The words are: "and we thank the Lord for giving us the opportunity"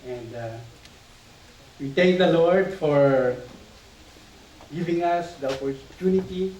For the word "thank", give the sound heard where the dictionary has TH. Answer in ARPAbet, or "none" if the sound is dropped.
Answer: T